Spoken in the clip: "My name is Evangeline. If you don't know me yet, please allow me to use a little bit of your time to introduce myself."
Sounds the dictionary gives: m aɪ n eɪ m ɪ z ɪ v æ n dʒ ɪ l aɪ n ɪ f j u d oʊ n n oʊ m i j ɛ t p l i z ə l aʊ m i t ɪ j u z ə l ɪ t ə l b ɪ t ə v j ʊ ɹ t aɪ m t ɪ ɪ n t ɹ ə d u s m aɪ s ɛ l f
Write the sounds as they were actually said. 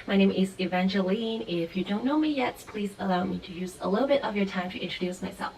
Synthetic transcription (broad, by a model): m aɪ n eɪ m ɪ z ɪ v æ n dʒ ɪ l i n ɪ f j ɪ d oʊ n n oʊ m i j ɛ t p l i z ə l aʊ m i t ɪ j u z ə l ɪ t l b ɪ t ə v j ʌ ɹ t aɪ m t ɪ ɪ n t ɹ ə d u s m aɪ s ɛ l f